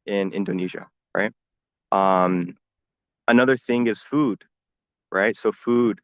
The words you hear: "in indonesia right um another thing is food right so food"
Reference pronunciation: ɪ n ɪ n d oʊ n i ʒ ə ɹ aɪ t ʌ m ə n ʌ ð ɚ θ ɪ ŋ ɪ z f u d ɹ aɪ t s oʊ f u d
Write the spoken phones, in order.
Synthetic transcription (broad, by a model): ɪ n ɪ n d oʊ n i ʒ ə ɹ aɪ t ʌ m ə n ʌ ð ɚ θ ɪ ŋ ɪ z f u d ɹ aɪ t s oʊ f u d